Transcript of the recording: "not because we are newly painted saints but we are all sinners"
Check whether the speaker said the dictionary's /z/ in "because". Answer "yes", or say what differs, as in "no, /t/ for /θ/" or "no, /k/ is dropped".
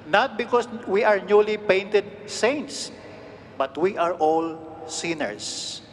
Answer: no, /s/ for /z/